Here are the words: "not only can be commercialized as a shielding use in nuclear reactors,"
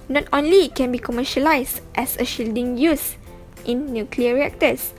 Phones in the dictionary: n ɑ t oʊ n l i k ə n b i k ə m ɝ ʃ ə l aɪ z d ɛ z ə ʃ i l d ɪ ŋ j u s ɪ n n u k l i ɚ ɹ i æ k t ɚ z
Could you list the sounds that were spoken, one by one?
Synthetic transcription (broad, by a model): n ɑ t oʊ n l i k ə n b i k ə m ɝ ʃ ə l aɪ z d ɛ s ə ʃ i l d ɪ ŋ j u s ɪ n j u k l i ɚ ɹ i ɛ k t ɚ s